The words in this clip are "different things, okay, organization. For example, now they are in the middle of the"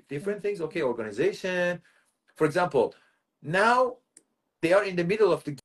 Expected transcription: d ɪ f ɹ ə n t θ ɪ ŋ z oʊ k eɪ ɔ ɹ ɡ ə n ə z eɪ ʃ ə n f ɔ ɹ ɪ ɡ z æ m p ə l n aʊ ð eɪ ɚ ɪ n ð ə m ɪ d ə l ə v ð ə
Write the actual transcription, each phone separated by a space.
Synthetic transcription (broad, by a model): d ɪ f ɹ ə n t θ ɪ ŋ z oʊ k eɪ ɔ ɹ ɡ ə n ə z eɪ ʃ ə n f ɔ ɹ ɪ ɡ z æ m p ə l n aʊ ð eɪ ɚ ɪ n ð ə m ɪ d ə l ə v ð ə